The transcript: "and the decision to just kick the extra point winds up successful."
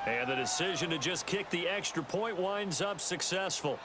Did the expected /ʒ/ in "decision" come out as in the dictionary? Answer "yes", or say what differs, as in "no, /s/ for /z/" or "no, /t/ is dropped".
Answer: yes